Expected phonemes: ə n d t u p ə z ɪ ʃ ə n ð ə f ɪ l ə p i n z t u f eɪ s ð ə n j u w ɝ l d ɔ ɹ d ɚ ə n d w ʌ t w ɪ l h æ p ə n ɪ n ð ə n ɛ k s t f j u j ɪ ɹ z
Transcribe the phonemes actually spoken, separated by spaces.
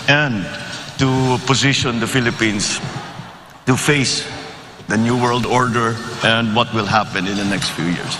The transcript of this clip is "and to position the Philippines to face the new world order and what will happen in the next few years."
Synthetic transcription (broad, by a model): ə n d t u p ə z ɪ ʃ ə n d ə f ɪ l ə p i n s t u f eɪ s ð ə n j u w ɝ l d ɔ ɹ d ɚ ə n d w ʌ t w ɪ l h æ p ə n ɪ n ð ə n ɛ k s t f j u j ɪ ɹ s